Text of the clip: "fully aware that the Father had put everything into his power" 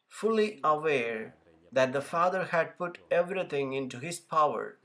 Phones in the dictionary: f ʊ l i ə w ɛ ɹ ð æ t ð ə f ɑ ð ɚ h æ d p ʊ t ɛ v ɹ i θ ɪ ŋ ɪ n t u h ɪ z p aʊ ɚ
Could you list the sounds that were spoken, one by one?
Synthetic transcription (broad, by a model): f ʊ l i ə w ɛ ɹ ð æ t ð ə f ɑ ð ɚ h æ d p ʊ t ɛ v ɹ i t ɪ ŋ ɪ n t u h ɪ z p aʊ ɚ